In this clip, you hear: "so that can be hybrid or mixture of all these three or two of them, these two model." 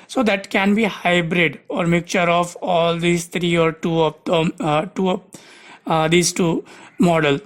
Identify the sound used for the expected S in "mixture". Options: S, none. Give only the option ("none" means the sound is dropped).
none